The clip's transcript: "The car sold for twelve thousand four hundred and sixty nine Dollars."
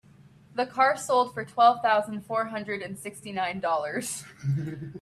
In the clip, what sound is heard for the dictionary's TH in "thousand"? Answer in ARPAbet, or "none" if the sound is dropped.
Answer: TH